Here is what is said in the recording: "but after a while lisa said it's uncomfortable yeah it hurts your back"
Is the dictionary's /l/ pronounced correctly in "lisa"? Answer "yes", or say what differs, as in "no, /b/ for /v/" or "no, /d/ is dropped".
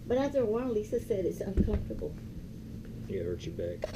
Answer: yes